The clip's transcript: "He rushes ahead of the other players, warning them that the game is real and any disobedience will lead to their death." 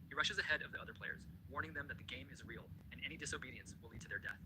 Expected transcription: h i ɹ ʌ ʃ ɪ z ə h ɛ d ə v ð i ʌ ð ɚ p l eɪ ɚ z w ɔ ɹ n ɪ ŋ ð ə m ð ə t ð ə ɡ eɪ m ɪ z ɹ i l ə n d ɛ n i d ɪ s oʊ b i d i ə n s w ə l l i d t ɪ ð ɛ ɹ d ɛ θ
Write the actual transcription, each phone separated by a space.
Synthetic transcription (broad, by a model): h i ɹ ʌ ʃ ɪ z ə h ɛ d ə v ð i ʌ ð ɚ p l eɪ ɚ z w ɔ ɹ n ɪ ŋ ð ə m ð ə t ð ə ɡ eɪ m ɪ z ɹ i l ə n ɛ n i d ɪ s oʊ b i d i ə n s w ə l l i d t ɪ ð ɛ ɹ d ɛ θ